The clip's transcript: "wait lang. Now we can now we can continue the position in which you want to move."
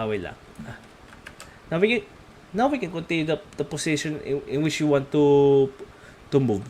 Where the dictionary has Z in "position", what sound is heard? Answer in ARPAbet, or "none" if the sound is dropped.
S